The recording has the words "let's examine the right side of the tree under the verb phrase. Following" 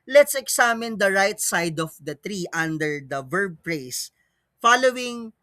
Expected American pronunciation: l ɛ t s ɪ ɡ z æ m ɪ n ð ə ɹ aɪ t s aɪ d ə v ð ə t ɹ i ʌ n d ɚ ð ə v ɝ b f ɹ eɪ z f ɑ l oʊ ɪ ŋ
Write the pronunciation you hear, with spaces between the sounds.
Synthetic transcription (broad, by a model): l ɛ t s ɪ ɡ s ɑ m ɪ n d ə ɹ aɪ t s aɪ d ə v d ə t ɹ i ʌ n d ɚ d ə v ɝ b p ɹ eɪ s f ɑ l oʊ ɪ ŋ